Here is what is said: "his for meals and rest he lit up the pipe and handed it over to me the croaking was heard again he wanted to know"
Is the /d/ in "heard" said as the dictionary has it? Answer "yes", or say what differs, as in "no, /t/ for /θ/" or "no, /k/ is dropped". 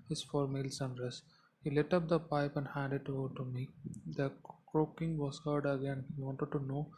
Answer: yes